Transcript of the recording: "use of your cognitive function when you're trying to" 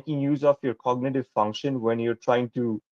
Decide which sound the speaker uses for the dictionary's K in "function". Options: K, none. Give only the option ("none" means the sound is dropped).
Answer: K